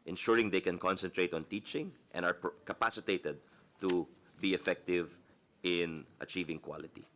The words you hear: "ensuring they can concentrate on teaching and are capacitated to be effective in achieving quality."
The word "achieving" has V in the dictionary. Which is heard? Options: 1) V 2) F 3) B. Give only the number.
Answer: 1